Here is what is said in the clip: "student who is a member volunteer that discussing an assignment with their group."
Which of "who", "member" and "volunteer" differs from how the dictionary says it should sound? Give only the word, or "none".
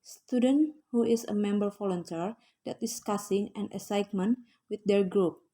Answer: volunteer